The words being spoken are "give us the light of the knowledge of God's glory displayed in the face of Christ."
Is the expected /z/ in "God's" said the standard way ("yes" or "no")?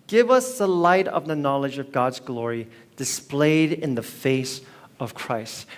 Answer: yes